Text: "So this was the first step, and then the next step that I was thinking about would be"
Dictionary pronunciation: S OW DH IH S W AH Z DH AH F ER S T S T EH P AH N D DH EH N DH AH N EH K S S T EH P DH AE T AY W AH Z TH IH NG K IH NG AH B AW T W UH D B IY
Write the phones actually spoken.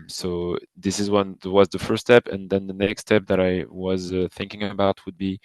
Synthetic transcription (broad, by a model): S OW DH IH S W AH Z DH AH F ER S S T EH P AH N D DH EH N DH AH N EH K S S T EH P DH AE T AY W AH Z TH IH NG K IH NG AH B AW T W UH D B IY